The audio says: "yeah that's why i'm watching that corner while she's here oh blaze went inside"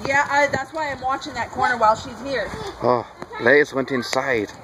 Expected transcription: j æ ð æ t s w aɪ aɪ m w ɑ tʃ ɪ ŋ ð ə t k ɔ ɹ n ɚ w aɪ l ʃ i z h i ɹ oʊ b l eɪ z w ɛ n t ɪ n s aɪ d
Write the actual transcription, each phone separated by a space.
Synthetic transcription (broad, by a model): j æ ð æ t s w aɪ aɪ m w ɑ tʃ ɪ ŋ ð ə t k ɔ ɹ n ɚ w aɪ l ʃ i z h i ɹ oʊ l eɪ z w ɛ n t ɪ n s aɪ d